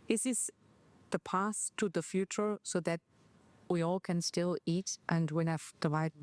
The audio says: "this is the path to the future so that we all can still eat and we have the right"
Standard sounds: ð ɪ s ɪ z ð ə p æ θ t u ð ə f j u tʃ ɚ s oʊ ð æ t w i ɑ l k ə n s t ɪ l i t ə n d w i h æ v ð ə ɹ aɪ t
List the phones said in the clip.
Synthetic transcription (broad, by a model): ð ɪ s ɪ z ð ə p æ s t u ð ə f j u tʃ ɚ s oʊ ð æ t w i ɑ l k ə n s t ɪ l i t ə n d w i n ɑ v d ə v aɪ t